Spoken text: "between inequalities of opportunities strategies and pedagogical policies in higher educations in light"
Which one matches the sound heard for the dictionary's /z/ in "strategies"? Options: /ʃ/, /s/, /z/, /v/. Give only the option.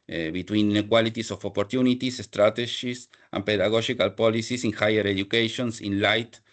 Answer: /s/